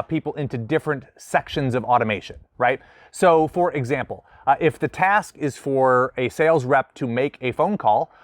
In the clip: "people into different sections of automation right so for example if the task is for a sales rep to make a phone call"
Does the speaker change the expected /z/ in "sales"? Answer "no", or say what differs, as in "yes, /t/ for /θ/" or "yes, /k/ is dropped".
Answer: no